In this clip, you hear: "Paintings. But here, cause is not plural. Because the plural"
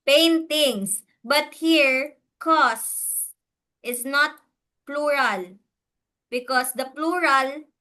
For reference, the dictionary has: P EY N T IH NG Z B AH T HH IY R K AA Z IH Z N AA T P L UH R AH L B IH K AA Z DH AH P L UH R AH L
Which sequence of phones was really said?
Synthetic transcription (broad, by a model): P EY N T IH NG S B AH T HH IY R K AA S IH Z N AA T P L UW R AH L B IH K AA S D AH P L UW R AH L